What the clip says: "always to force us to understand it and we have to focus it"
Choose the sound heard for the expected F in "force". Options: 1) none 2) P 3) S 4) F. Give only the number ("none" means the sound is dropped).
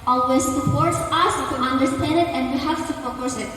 2